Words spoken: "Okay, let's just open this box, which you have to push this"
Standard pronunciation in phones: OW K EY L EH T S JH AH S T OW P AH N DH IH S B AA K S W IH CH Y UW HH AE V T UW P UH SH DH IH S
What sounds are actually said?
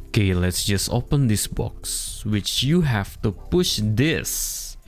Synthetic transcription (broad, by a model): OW K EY L EH T S JH AH S T OW P AH N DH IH S B AA K S W IH CH Y UW HH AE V T UW P UH SH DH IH S